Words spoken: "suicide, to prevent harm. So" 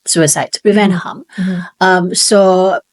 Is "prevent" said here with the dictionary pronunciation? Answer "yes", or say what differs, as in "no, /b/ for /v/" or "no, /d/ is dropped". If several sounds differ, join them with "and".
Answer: yes